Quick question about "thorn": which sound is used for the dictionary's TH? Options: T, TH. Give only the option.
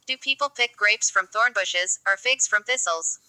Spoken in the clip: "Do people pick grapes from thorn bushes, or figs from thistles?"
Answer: TH